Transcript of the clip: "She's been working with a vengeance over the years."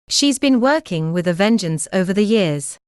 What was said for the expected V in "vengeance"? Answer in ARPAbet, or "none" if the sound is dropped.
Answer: V